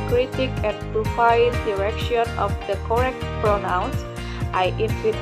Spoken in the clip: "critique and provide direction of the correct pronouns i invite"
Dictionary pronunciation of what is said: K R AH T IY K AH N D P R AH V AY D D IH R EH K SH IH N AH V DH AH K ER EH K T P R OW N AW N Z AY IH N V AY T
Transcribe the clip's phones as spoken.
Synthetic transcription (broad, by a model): K R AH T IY K AH N D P R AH F AY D D IH R EH K SH IH N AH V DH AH K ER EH K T P R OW N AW N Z AY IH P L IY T